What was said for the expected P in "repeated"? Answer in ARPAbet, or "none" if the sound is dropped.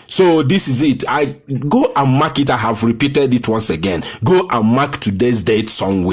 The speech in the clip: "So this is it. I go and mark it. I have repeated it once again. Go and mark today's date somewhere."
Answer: P